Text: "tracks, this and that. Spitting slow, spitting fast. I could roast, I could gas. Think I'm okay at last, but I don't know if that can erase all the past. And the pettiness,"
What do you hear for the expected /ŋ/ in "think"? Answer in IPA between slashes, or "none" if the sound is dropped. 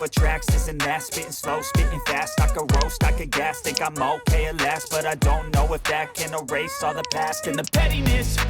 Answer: none